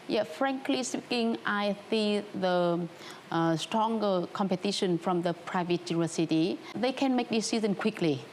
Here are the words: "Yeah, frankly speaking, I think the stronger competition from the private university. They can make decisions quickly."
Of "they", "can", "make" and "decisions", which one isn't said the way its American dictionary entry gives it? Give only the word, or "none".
decisions